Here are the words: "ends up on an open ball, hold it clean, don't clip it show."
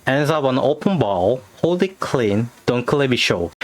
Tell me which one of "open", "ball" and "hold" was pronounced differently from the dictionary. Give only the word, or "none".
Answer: hold